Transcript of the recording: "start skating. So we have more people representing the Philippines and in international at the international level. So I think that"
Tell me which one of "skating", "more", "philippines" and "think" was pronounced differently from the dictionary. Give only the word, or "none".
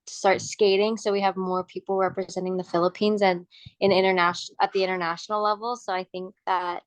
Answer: none